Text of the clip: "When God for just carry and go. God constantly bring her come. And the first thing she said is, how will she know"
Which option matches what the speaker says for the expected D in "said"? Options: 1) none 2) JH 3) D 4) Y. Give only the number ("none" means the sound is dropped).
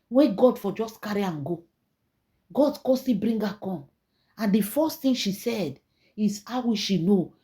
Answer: 3